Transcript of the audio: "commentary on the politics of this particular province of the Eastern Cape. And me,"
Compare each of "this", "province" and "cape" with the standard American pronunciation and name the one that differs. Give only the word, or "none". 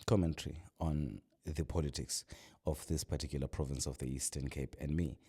none